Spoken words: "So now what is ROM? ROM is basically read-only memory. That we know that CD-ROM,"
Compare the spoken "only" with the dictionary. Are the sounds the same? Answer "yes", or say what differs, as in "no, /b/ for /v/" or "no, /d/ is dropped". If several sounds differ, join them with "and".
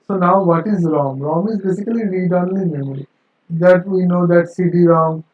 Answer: no, /l/ is dropped